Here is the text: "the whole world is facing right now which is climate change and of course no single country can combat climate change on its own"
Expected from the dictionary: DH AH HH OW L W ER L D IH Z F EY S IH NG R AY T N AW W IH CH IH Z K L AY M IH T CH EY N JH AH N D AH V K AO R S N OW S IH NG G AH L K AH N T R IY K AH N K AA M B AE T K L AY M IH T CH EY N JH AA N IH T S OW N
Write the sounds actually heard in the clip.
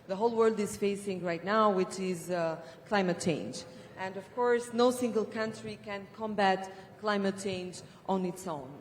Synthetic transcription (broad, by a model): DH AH HH OW L W ER L D IH Z F EY S IH NG R AY T N AW W IH CH IH Z K L AY M IH T CH EY N JH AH N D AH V K AO R S N OW S IH NG G AH L K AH N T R IY K AH N K AA M B AE T K L AY M IH T CH EY N JH AA N IH T S OW N